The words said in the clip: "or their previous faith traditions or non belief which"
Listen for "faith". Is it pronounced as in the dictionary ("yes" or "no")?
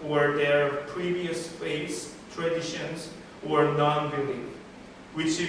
no